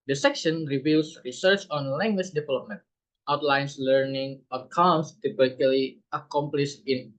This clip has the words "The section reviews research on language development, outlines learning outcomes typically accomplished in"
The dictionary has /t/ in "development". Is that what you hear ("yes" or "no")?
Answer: yes